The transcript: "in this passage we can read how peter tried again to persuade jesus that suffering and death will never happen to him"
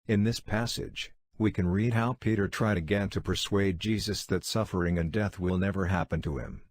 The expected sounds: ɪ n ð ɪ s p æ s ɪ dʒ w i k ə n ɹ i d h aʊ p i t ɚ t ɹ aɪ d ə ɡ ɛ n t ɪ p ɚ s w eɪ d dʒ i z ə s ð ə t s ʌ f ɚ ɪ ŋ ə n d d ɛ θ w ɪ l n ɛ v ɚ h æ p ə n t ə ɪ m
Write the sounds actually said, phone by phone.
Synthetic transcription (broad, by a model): ɪ n ð ɪ s p æ s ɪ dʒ w i k ə n ɹ i d h aʊ p i t ɚ t ɹ aɪ d ə ɡ ɛ n t ɪ p ɚ s w eɪ d dʒ i z ə s ð ə t s ʌ f ɚ ɪ ŋ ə n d d ɛ θ w ɪ l n ɛ v ɚ h æ p ə n t ə ɪ m